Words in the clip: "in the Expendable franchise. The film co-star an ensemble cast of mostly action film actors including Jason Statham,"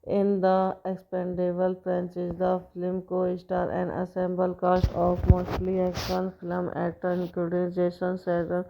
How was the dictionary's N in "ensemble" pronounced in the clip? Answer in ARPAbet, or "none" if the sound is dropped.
none